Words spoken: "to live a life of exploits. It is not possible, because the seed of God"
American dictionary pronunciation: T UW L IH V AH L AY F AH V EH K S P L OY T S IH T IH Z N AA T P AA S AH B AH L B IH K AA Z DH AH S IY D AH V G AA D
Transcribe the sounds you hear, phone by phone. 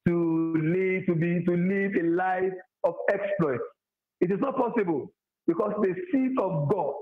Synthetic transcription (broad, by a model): T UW L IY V AH L AY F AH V EH K S P L OY T S IH T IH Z N AA T P AA S AH B AH L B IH K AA S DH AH S IY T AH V G AA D